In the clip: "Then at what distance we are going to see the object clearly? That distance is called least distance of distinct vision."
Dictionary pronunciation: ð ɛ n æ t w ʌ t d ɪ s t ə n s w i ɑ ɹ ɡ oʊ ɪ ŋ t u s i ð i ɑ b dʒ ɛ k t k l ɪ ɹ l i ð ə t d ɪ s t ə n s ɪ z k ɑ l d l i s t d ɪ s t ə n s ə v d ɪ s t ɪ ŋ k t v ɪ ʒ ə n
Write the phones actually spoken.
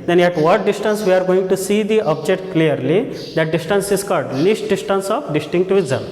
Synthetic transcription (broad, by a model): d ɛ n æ t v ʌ t d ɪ s t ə n s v i ɑ ɹ ɡ oʊ ɪ ŋ t u s i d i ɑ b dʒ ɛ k t k l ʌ ɹ l i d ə t d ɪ s t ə n s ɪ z k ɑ d l i s t d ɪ s t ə n s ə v d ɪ s t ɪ ŋ k t v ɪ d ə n